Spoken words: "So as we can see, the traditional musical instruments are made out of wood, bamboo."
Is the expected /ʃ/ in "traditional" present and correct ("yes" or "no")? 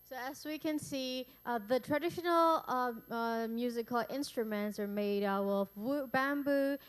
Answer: yes